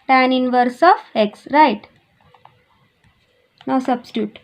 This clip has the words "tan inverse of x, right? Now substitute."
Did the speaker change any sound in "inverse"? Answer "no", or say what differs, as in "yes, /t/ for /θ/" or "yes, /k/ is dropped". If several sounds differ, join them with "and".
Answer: no